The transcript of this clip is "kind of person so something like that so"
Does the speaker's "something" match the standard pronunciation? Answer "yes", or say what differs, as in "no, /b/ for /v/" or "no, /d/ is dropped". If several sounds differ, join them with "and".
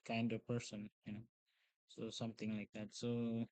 no, /t/ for /θ/